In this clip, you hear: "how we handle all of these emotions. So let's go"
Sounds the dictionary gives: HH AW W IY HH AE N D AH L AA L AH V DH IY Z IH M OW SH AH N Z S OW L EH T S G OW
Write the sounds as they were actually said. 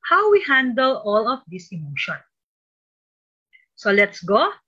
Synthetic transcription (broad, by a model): HH AW W IY HH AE N D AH L AA L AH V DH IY S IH M OW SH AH N S OW L EH T S G OW